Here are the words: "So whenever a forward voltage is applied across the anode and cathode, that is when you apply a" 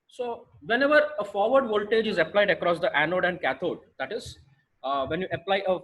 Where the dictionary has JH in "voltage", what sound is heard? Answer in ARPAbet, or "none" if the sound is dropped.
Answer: JH